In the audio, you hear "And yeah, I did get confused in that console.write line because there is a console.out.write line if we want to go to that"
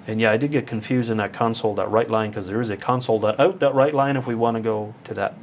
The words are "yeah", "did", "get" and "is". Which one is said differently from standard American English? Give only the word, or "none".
none